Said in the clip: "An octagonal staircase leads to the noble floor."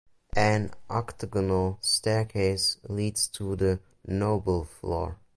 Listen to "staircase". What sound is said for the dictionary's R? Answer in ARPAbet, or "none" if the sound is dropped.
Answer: R